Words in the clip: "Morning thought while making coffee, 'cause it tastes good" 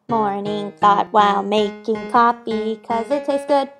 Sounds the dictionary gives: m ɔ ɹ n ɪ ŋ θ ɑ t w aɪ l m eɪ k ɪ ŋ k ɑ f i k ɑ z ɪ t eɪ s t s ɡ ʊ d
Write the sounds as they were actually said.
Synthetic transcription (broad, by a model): m ɔ ɹ n ɪ ŋ θ ɑ t w aɪ l m eɪ k ɪ ŋ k ɑ p i k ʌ z ɪ t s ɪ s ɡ ʊ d